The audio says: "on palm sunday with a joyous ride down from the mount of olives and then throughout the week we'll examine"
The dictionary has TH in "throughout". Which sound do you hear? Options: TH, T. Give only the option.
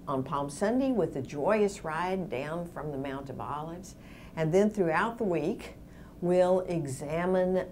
TH